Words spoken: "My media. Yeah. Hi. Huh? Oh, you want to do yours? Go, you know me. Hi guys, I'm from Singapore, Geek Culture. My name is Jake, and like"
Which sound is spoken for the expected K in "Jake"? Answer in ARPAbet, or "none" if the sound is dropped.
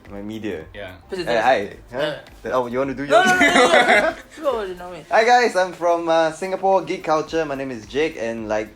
K